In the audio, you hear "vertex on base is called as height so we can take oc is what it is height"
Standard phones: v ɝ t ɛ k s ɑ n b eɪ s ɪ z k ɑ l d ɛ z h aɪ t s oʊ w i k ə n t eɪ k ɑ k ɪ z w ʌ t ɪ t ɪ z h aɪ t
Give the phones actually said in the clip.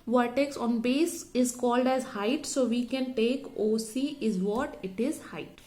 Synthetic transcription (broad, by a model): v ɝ t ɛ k s ɑ n b eɪ s ɪ z k ɑ l d ɛ z h aɪ t s oʊ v i k ə n t eɪ k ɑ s ɪ z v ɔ t ɪ t ɪ z h aɪ t